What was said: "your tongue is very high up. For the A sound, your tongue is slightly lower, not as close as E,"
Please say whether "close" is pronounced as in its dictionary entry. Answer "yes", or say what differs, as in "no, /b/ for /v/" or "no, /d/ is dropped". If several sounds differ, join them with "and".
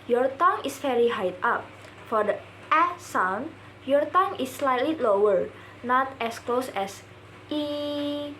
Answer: yes